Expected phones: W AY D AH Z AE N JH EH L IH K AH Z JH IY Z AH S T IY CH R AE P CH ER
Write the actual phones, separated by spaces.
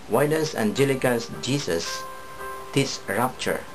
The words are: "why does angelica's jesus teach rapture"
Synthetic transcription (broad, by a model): W AY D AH S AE N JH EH L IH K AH S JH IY S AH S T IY S R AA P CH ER